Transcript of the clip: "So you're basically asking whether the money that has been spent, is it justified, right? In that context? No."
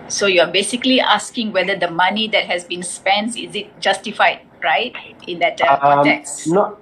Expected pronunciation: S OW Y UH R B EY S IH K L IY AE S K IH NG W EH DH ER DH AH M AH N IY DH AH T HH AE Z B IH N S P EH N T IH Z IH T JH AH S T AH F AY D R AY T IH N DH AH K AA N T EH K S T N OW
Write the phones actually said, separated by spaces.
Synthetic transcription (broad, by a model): S OW Y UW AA B EY S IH K L IY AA S K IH NG W EH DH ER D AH M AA N IY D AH T HH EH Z B IH N S P EH N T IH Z IH T JH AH S T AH F AY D R AY T IH N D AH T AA T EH K S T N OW